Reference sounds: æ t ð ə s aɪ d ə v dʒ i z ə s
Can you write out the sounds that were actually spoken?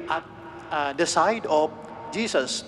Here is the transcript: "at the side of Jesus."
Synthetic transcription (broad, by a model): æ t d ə s aɪ d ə f dʒ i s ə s